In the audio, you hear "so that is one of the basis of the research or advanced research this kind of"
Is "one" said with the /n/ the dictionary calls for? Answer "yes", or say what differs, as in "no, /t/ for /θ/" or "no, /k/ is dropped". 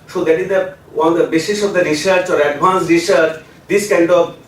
no, /n/ is dropped